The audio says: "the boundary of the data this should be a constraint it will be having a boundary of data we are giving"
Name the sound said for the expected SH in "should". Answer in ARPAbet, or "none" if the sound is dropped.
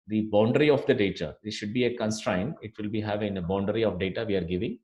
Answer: SH